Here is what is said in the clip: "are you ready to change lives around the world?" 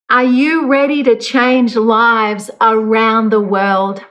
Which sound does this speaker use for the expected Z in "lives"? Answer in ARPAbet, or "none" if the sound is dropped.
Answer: Z